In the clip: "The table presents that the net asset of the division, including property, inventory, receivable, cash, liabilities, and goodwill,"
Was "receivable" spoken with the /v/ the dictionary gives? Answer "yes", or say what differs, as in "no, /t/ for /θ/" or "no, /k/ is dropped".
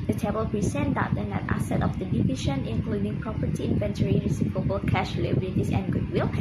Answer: no, /p/ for /v/